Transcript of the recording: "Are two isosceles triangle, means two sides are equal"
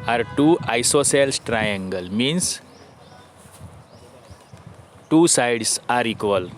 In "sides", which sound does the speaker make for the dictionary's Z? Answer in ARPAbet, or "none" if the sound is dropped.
S